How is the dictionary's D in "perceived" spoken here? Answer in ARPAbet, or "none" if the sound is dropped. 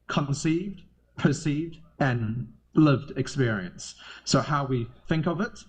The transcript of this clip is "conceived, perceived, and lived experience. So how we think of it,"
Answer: D